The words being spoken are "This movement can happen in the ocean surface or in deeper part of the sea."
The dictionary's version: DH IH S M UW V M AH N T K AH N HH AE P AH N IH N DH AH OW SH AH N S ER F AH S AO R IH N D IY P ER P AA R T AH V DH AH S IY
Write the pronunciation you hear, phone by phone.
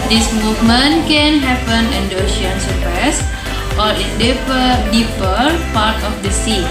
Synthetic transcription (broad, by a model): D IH S M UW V M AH N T K AH N HH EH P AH N IH N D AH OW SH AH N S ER P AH S AO R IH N D IY P ER P AA R T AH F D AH S IY